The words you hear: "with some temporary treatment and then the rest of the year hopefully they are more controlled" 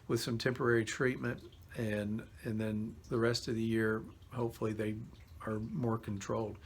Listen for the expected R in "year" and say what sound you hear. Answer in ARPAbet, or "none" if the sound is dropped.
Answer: R